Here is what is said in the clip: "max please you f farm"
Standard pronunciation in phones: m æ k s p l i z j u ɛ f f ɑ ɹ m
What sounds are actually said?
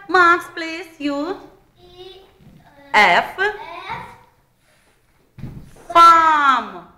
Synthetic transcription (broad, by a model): m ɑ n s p l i s j u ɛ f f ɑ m